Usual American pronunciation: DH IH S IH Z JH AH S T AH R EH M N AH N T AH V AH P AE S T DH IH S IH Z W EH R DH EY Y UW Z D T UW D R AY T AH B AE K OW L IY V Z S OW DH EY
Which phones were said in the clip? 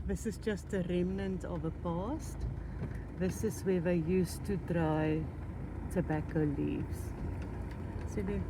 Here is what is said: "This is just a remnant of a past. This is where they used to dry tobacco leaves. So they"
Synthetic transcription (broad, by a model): DH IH S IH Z JH AH S T AH R EH M N AH N T AH V AH P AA S T DH IH S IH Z W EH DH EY Y UW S T UW D R AY T AH B AE K OW L IY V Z S OW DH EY